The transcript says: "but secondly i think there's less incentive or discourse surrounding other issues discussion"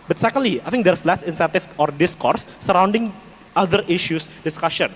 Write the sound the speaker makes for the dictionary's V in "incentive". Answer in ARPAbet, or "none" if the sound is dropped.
F